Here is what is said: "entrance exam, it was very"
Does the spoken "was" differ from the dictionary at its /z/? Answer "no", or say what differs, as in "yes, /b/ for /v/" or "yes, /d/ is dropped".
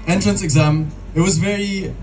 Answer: no